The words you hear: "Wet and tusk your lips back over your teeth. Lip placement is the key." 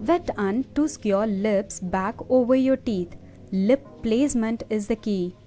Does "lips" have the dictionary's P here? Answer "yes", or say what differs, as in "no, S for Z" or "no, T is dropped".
yes